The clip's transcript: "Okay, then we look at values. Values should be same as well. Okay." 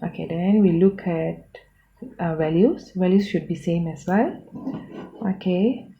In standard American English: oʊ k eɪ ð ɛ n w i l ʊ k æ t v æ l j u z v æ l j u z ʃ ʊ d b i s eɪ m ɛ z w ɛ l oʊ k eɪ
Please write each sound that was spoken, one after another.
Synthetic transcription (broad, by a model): oʊ k eɪ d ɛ n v i l ʊ k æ t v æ l j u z v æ l j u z ʃ ʊ d b i s eɪ m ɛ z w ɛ l oʊ k eɪ